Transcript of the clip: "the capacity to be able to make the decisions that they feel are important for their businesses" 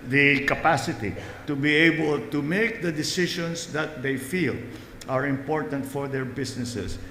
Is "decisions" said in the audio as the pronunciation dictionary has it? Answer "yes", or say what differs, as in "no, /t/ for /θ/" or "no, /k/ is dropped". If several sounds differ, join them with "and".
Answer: no, /ʃ/ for /ʒ/